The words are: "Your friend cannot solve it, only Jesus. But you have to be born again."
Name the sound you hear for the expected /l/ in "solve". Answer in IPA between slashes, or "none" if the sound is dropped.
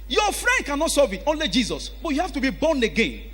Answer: none